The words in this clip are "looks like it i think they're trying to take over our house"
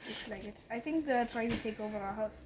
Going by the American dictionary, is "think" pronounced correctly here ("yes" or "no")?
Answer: yes